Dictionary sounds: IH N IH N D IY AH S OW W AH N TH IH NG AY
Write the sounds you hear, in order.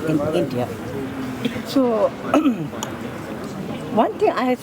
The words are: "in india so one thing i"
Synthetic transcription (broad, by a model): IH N IH N D IY AH S OW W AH N T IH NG AY